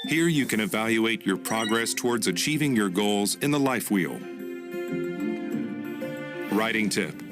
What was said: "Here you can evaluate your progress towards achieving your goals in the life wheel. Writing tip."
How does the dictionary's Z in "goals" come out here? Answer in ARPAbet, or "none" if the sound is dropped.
Z